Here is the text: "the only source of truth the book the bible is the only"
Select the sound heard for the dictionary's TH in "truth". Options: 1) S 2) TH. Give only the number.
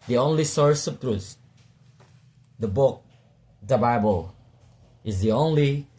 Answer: 1